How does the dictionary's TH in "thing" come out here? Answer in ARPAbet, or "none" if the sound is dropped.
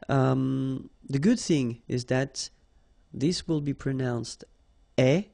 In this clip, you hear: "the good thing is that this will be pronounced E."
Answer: TH